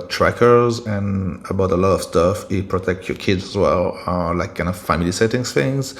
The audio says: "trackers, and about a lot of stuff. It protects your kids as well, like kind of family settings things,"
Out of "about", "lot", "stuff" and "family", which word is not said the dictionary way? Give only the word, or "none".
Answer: none